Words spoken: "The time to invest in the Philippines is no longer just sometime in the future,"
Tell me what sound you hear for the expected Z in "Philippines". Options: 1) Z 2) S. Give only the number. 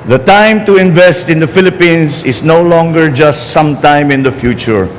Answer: 2